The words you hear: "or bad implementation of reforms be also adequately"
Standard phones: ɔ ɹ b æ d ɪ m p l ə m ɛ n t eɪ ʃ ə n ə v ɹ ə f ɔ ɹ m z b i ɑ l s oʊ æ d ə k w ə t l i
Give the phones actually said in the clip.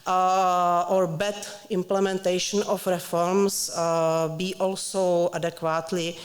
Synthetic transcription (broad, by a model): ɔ ɹ b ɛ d ɪ m p l ə m ɛ n t eɪ ʃ ə n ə f ɹ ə f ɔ ɹ m s b i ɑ l s oʊ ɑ d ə k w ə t l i